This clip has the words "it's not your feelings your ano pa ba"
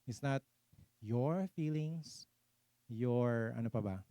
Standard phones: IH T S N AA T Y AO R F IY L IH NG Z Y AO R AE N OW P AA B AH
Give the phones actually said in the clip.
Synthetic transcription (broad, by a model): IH T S N AA T Y AO R F IY L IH NG S Y AO R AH N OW P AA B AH